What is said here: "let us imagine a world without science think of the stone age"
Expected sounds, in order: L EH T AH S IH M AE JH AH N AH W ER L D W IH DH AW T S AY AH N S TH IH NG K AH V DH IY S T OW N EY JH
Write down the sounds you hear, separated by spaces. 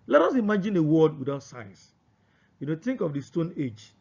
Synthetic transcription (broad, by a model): L EH T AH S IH M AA JH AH N AH W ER D W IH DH AW T S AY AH N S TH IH NG K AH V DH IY S T OW N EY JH